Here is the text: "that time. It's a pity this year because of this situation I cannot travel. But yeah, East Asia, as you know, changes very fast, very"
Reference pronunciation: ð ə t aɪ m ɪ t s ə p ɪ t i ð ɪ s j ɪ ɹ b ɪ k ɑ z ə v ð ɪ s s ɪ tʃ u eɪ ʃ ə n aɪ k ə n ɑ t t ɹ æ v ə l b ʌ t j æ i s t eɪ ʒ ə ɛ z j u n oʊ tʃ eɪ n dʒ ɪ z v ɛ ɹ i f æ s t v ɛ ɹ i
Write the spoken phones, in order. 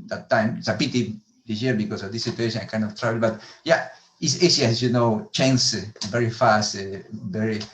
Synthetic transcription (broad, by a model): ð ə t aɪ m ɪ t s ə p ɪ t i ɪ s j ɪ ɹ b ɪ k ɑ s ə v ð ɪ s s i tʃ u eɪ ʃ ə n aɪ k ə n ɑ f t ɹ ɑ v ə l b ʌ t j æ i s eɪ s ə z j u n oʊ tʃ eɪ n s v ɛ ɹ i f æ s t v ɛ ɹ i